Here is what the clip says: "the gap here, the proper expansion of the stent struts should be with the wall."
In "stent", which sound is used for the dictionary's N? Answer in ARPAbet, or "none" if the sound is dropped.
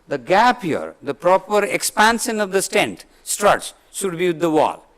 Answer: N